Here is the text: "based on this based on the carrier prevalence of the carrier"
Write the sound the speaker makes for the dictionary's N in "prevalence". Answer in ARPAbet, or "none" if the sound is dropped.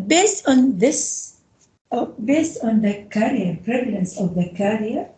N